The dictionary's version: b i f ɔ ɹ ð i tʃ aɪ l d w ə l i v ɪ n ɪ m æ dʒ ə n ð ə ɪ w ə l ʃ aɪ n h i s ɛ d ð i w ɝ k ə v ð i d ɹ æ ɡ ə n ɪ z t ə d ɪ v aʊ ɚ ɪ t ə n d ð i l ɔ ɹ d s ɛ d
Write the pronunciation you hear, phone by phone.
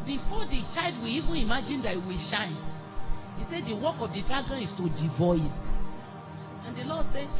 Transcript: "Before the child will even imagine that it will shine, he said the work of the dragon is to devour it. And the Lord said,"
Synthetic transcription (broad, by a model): b i f ɔ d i tʃ aɪ l d w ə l i v ɪ n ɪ m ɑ dʒ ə n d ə ɪ w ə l ʃ aɪ n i s ɛ d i w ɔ k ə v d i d ɹ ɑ ɡ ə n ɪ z t ə d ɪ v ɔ ɪ t ə n d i l ɔ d s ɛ